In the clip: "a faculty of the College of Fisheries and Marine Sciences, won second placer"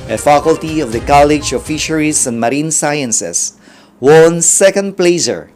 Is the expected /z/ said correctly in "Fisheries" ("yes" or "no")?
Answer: no